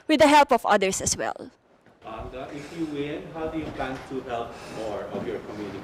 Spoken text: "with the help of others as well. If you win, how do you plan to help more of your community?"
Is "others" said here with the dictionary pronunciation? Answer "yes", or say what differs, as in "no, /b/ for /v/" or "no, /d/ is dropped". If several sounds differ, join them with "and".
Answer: no, /s/ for /z/